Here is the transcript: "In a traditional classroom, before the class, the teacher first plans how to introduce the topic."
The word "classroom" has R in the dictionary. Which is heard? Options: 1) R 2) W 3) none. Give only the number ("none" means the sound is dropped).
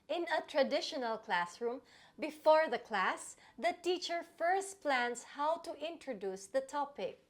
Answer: 1